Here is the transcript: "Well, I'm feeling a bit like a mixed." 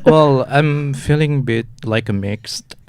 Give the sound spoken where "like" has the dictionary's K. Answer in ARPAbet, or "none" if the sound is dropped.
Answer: K